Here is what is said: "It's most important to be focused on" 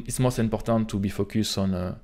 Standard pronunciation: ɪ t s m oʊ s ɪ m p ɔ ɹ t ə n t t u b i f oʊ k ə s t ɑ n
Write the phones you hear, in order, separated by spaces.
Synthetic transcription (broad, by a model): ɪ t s m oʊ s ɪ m p ɔ ɹ t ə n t t u b i f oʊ k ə s ɑ n